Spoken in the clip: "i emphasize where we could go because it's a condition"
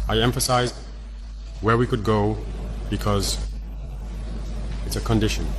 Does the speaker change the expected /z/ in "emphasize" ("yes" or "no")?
no